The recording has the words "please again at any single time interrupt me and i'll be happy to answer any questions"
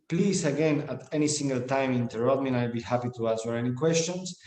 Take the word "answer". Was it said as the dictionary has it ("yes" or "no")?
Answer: no